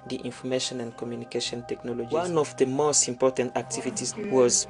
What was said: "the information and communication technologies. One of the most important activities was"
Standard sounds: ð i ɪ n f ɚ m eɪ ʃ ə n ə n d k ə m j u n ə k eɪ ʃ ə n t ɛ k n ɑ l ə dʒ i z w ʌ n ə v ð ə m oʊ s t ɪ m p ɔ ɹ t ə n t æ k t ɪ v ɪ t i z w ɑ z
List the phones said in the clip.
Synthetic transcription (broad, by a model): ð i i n f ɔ m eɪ ʃ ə n ə n d k ə m j u n ə k eɪ ʃ ə n t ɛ k n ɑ l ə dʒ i w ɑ n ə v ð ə m oʊ s t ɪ m p ɔ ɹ t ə n t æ k t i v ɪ t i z w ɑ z